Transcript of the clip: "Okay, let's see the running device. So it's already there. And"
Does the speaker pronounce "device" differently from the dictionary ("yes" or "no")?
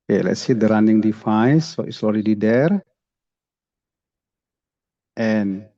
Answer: yes